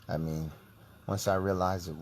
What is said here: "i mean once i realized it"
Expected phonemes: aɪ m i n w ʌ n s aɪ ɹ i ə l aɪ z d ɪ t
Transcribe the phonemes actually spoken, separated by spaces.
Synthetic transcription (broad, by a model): aɪ m i n w ʌ n s aɪ ɹ i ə l aɪ z ɪ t